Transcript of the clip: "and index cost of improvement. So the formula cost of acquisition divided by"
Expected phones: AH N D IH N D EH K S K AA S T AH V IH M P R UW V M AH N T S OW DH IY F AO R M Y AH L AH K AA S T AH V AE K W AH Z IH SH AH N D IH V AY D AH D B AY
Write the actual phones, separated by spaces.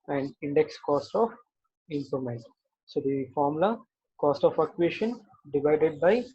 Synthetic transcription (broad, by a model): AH N D IH N D EH K S K AA S T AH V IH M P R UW M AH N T S OW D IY F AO R M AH L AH K AA S T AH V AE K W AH SH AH N D IH V AY D AH D B AY